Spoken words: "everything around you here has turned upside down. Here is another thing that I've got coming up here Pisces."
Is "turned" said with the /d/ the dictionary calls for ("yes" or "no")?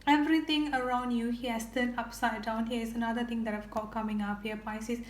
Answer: no